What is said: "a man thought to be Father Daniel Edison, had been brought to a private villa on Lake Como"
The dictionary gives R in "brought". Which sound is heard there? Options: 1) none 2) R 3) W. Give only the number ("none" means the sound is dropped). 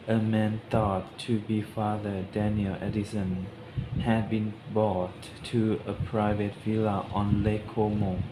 1